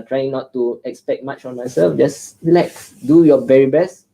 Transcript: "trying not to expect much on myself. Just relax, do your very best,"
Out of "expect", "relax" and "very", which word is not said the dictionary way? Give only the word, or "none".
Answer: relax